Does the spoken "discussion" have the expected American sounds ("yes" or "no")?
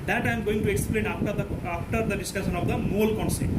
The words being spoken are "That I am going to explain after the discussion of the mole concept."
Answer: no